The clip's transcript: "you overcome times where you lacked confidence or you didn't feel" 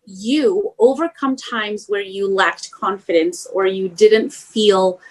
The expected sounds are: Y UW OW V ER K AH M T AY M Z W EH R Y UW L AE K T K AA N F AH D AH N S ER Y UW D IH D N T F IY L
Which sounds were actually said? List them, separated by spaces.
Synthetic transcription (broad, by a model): Y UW OW V ER K AH M T AY M Z W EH R Y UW L AE K T K AA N F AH D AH N S ER Y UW D IH D N T F IY L